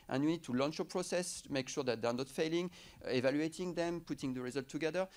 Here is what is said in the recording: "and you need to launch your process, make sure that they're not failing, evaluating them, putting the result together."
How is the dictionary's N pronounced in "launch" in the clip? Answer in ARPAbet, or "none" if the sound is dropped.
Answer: N